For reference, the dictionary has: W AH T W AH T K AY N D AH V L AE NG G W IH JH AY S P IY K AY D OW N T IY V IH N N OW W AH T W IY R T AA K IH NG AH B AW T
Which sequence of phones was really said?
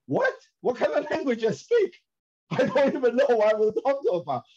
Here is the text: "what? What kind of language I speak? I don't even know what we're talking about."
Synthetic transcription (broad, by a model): W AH T W AH T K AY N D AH L AE NG G W IH JH AY S P IY K AY D OW N T IY V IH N N OW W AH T W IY L T AA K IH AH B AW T